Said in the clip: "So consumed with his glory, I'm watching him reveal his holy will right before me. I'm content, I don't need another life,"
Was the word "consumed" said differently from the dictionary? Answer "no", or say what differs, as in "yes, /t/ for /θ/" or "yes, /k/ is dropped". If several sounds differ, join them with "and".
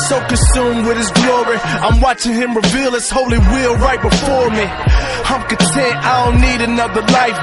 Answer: no